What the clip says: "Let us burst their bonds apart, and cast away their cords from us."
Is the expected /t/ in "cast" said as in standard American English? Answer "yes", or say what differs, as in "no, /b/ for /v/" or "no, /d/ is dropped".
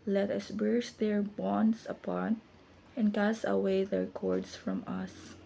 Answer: no, /t/ is dropped